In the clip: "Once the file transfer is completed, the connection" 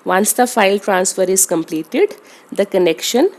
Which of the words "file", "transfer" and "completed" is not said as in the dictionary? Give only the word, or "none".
none